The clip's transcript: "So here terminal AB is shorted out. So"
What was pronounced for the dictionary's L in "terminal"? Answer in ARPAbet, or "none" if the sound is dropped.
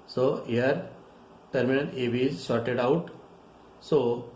N